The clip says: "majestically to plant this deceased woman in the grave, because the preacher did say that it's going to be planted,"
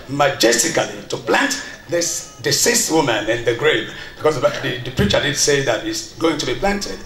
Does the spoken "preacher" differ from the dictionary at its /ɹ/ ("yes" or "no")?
no